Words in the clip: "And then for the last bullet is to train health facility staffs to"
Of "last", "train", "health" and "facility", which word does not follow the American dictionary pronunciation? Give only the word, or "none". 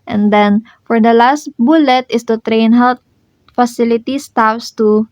health